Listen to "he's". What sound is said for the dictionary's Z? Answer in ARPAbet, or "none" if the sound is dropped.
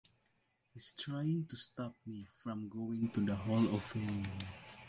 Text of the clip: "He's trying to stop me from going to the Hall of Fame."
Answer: S